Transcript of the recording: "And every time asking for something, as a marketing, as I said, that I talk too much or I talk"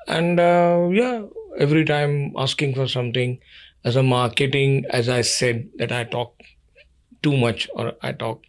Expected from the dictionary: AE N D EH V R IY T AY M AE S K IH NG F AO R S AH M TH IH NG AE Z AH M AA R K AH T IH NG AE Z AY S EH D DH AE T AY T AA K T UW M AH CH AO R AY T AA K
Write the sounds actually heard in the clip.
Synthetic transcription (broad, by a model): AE N D EH V R IY T AY M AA S K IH NG F AO R S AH M T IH NG AE Z AH M AA R K AH T IH NG AE Z AY S EH D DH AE T AY T AA K T UW M AH CH AO R AY T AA K